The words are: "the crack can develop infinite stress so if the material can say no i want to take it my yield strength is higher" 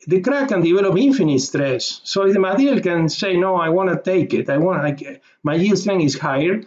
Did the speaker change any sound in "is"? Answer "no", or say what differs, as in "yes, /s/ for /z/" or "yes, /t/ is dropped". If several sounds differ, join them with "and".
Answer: yes, /s/ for /z/